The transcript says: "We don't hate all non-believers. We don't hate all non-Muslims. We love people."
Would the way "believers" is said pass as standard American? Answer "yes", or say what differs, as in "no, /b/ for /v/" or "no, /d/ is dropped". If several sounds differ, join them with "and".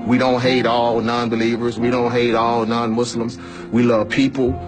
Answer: yes